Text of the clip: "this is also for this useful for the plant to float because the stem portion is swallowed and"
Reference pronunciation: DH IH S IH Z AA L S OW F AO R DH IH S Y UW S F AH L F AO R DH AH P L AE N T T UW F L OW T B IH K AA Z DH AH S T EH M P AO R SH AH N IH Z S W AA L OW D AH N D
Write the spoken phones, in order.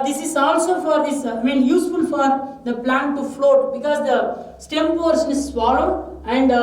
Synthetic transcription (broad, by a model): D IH S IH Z AA L S OW F AO R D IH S Y UW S F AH L F AO R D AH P L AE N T T UW F L OW T B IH K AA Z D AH S T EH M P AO R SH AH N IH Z S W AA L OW AH N D